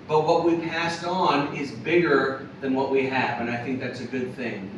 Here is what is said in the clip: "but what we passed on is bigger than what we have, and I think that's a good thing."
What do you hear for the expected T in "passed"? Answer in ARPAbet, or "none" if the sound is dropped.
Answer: T